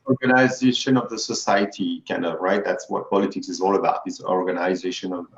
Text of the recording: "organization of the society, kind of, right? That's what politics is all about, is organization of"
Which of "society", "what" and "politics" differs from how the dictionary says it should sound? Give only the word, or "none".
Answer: none